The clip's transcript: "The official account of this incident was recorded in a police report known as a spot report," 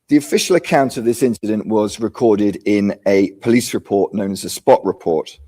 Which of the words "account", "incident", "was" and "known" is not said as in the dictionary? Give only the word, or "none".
none